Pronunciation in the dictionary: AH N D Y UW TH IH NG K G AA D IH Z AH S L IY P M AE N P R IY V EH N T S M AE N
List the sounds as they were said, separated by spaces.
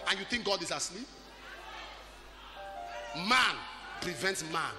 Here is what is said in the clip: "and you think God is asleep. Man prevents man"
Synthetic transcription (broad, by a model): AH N Y UW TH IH NG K G AA D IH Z AH S L IY P M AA N P R IY V EH N T S M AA N